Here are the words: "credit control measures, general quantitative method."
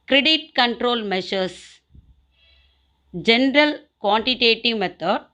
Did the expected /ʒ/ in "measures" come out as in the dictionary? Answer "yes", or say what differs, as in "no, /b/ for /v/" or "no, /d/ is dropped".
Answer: no, /ʃ/ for /ʒ/